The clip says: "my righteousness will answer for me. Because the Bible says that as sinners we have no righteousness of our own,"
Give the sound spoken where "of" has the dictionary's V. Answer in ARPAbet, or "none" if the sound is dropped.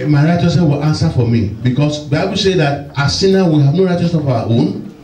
W